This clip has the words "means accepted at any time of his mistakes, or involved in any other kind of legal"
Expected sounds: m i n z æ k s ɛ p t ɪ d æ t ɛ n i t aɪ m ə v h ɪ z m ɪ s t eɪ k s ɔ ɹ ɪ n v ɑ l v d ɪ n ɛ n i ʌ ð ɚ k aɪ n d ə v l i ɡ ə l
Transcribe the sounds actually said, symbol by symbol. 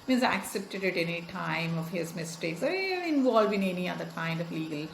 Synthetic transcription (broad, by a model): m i n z æ k s ɛ p t ɪ d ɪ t ɛ n i t aɪ m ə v h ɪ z m ɪ s t eɪ k s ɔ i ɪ n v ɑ l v ɪ n ɛ n i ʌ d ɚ k aɪ n d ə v l i ɡ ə l